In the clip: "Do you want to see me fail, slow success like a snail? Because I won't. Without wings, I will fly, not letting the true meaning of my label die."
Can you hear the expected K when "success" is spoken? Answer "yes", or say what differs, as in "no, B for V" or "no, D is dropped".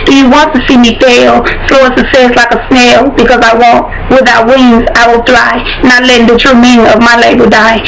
no, K is dropped